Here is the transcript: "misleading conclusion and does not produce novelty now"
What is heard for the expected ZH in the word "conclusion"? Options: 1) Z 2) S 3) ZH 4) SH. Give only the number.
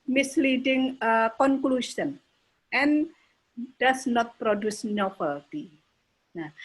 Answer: 2